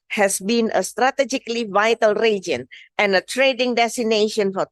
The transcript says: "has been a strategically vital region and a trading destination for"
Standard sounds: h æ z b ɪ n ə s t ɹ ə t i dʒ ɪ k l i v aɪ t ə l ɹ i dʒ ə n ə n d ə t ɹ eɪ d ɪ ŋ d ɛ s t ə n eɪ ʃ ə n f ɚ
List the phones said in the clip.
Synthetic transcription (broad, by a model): h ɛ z b ɪ n ə s t ɹ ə t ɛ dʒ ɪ k l i v aɪ t ə l ɹ i dʒ ə n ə n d ə t ɹ eɪ d ɪ ŋ d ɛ s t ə n eɪ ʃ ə n f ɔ